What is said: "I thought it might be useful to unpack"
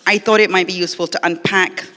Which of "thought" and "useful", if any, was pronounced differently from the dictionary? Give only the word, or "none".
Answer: none